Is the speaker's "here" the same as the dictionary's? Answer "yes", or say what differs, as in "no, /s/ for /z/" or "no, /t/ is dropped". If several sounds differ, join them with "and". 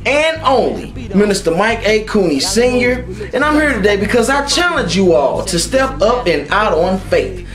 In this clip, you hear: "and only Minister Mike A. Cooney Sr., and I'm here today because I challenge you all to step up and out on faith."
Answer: yes